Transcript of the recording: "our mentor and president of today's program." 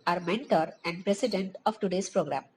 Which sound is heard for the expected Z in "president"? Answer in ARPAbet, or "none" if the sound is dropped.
S